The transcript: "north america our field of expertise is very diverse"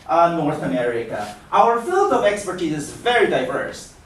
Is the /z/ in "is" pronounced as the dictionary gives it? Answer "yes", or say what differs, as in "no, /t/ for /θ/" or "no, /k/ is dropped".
yes